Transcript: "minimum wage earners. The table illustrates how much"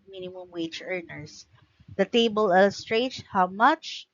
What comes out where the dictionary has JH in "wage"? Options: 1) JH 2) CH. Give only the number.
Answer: 2